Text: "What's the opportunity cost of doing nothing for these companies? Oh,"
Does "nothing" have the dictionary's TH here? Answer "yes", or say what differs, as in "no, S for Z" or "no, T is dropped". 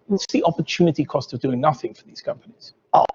yes